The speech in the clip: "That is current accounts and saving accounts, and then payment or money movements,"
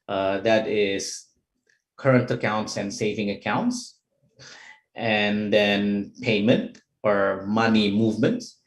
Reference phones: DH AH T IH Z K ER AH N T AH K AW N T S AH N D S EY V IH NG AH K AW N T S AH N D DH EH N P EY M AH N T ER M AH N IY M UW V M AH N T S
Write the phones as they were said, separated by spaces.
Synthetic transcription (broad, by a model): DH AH T IH Z K ER AH N T AH K AW N T S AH N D S EY V IH NG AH K AW N T S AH N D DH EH N P EY M AH N T ER M AH N IY M UW V M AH N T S